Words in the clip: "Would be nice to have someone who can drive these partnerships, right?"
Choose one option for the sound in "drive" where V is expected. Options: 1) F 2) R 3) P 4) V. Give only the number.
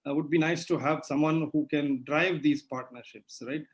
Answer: 4